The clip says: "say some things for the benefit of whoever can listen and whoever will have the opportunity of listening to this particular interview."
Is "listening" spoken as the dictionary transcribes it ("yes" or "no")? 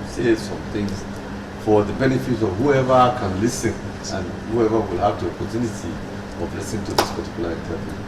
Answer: no